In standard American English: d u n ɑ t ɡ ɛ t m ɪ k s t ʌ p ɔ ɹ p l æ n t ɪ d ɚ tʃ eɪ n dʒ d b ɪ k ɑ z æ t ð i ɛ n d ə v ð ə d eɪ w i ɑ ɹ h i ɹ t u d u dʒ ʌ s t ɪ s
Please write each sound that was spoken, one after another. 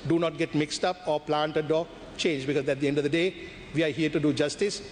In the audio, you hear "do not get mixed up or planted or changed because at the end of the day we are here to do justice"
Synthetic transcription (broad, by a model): d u n ɑ t ɡ ɛ t m ɪ k s t ʌ p ɔ ɹ p l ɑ n t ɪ d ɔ tʃ eɪ n dʒ b ɪ k ɑ z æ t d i ɛ n d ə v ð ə d eɪ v i ɑ ɹ h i ɹ t u d u dʒ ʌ s t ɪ s